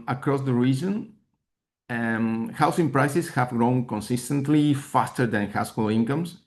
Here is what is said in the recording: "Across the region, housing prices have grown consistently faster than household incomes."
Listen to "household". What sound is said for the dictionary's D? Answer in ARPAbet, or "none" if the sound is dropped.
none